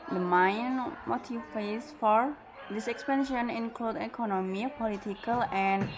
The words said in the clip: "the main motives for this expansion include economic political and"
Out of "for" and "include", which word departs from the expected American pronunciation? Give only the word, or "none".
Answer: none